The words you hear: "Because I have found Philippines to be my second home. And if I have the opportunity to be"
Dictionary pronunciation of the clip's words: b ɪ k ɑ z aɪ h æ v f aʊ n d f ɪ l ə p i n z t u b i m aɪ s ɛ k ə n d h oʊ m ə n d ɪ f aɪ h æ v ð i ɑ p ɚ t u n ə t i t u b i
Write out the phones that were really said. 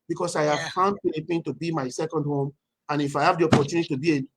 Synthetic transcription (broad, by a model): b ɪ k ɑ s aɪ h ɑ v f aʊ n d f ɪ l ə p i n t u b i m aɪ s ɛ k ə n d h oʊ m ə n ɪ f aɪ h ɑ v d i ɑ p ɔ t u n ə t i t u b i